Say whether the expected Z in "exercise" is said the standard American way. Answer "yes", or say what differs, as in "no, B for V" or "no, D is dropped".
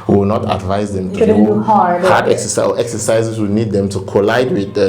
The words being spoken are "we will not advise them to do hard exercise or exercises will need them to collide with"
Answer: no, Z is dropped